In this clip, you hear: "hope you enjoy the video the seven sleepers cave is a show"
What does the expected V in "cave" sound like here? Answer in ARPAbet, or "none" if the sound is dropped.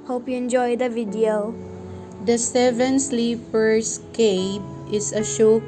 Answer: P